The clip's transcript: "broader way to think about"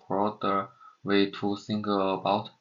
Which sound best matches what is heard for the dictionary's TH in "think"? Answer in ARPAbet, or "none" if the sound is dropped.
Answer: S